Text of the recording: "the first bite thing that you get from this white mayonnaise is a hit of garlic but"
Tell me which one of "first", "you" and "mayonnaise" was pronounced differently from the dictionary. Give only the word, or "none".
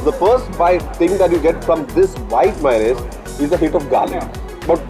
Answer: mayonnaise